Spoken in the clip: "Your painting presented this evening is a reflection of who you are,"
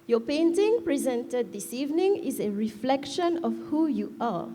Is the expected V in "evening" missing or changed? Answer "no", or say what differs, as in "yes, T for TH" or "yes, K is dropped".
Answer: no